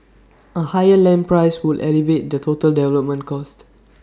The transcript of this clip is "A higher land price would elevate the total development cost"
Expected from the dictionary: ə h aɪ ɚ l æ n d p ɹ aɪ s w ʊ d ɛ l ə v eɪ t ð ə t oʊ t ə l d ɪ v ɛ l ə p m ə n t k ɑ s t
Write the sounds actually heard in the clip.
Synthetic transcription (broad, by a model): ə h aɪ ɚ l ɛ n p ɹ aɪ s w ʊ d ɛ l ə v eɪ t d ə t oʊ t ə l d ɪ v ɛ l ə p m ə n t k ɑ s t